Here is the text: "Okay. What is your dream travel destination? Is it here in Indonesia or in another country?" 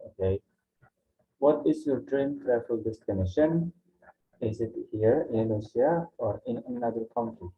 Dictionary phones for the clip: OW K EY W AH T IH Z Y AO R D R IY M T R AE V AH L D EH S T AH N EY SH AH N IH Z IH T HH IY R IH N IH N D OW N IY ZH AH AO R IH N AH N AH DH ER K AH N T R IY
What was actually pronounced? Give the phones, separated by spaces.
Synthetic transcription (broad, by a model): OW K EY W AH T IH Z Y AO R D R IY M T R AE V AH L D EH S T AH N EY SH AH N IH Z IH T HH IY R IH N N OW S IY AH AO R IH N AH N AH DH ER K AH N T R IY